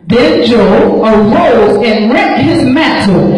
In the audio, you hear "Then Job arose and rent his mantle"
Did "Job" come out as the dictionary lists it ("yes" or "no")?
no